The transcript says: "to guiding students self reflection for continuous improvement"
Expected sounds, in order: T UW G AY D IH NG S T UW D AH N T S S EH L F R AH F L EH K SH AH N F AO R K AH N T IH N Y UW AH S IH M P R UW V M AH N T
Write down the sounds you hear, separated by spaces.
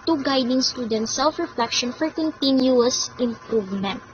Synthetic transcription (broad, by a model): T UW G AY D IH NG S T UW D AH N T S S EH L F R AH F L EH K SH AH N F AO R K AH N T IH N Y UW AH S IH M P R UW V M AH N T